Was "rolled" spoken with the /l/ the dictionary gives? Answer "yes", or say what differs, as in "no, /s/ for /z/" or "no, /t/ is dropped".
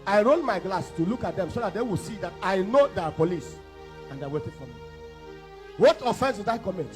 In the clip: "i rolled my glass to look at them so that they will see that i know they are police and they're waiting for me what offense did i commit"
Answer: no, /n/ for /l/